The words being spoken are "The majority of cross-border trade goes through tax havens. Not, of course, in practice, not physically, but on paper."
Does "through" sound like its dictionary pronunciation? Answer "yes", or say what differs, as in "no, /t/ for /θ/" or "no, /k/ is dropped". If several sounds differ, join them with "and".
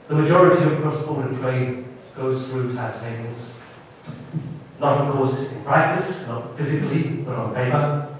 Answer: yes